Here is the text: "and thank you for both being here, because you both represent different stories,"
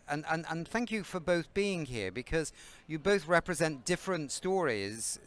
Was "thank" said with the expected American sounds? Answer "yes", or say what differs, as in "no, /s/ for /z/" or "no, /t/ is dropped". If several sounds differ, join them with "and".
yes